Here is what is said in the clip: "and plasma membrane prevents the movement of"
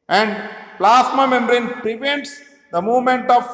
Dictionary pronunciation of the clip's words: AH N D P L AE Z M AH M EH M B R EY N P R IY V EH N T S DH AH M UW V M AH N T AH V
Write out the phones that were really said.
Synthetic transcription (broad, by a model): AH N D P L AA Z M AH M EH M R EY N P R IY V EH N T S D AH M UW V M AH N T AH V